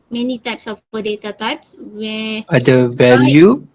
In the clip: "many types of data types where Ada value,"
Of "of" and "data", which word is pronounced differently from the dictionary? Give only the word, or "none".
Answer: of